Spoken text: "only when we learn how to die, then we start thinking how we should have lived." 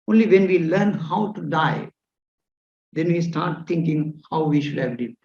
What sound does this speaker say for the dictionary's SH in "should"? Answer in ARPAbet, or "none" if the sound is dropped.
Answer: SH